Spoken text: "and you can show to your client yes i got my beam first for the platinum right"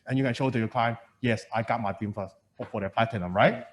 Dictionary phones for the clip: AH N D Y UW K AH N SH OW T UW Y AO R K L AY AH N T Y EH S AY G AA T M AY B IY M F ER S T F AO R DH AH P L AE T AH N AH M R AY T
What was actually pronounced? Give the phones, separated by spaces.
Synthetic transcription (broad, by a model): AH N Y UW K AH N SH OW T UW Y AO K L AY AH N Y EH S AY G AA T M AY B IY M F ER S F F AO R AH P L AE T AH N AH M R AY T